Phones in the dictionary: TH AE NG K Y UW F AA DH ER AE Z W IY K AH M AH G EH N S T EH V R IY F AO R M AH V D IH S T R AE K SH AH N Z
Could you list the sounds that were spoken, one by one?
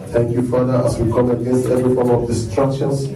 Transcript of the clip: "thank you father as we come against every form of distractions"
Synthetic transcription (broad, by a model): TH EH NG K Y UW F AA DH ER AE S W IY K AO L AH G EH N S T EH V R IY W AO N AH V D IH S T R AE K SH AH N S